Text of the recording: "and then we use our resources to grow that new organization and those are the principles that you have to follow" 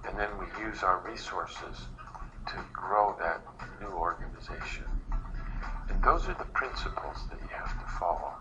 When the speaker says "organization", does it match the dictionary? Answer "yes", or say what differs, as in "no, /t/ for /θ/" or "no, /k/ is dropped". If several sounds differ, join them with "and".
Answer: yes